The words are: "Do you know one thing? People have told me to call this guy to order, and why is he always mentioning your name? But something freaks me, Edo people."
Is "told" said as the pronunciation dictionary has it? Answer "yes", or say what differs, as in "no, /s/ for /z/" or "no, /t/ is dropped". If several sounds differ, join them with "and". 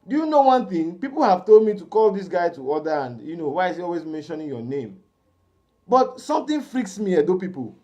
yes